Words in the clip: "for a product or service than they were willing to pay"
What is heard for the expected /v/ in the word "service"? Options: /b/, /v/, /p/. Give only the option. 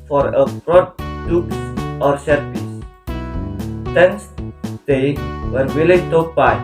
/p/